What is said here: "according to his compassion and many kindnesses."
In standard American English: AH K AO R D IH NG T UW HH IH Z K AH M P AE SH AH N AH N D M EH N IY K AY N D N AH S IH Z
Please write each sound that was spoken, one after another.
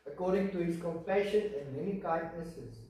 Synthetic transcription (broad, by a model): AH K AO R D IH NG T UW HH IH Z K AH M F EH SH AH N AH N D M EH N IY K AY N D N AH S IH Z